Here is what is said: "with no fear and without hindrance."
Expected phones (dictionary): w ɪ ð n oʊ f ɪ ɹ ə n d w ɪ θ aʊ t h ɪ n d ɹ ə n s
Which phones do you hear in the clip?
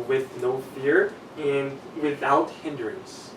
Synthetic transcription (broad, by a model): w ɪ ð n oʊ f ɪ ɹ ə n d w ɪ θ aʊ t h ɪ n d ɹ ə n s